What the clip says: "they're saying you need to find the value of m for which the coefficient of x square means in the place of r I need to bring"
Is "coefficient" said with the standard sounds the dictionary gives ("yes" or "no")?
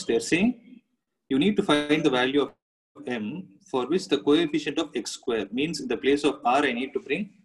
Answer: yes